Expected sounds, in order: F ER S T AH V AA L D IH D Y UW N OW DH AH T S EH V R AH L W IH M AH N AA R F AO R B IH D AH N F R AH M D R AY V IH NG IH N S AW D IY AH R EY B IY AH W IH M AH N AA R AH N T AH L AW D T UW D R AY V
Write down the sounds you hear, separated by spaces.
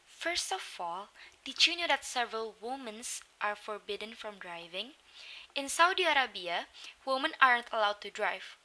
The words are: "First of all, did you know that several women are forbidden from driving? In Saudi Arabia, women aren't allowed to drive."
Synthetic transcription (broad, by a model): F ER S T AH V AA L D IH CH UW N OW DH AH T S EH V R AH L W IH M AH N AA R F AO R B IH D AH N F R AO M D R AY V IH NG IH N S AW D IY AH R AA B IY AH W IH M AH N AA R AH N T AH L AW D T UW D R AY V